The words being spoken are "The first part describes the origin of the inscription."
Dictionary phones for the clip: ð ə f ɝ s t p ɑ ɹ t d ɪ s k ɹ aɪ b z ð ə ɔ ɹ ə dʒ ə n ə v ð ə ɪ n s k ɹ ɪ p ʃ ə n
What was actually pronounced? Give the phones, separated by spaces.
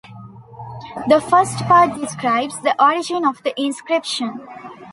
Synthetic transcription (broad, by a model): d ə f ɝ s t p ɑ ɹ t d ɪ s k ɹ aɪ b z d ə ɔ ɹ ə dʒ ə n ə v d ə ɪ n s k ɹ ɪ p ʃ ə n